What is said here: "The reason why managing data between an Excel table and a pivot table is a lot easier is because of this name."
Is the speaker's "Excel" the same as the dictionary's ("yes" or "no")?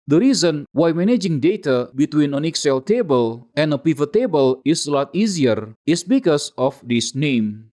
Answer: yes